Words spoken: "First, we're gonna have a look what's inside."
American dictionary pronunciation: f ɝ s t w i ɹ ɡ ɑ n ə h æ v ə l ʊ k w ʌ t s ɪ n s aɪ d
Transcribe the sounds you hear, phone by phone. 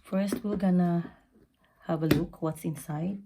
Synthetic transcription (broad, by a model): f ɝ s t w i l ɡ ɑ n ə h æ v ə l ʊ k w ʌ t s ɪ n s aɪ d